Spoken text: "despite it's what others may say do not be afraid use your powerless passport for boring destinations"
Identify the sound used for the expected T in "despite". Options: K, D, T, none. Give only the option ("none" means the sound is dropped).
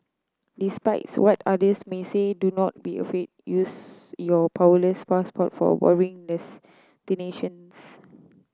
none